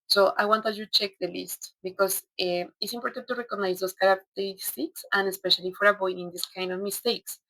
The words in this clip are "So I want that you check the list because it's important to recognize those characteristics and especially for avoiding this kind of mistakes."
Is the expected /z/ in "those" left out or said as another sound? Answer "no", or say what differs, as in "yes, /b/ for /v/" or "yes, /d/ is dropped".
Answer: yes, /s/ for /z/